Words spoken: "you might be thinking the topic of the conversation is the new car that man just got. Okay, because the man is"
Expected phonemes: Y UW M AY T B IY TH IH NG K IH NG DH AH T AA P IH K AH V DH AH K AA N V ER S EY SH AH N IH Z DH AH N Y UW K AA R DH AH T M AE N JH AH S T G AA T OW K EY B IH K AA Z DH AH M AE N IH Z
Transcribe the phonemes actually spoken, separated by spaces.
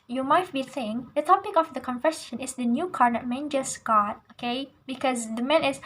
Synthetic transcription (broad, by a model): Y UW M AY T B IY S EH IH NG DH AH T AA P IH K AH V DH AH K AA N F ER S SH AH N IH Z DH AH N Y UW K AA R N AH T M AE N JH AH S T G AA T OW K EY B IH K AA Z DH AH M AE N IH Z